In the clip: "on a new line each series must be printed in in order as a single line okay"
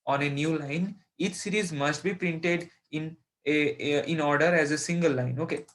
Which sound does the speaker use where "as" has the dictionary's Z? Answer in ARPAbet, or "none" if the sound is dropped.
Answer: Z